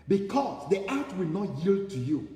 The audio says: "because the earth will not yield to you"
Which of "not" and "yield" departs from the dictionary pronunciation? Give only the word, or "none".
none